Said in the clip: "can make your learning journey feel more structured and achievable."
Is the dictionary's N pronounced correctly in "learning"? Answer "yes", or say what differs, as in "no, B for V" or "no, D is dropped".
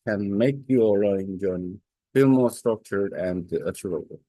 no, N is dropped